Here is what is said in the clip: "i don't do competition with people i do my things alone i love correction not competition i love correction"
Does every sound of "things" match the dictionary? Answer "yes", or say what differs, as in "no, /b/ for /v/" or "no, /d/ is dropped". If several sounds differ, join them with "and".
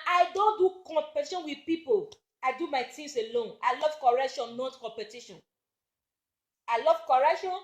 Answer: no, /t/ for /θ/